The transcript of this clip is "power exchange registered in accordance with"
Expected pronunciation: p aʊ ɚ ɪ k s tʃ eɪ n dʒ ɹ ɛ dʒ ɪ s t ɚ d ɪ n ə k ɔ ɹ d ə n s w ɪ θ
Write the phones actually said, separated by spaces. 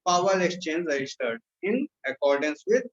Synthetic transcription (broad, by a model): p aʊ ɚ ɪ k s tʃ eɪ n dʒ ɹ ɛ dʒ ɪ s t ɚ d ɪ n ə k ɔ ɹ d ə n s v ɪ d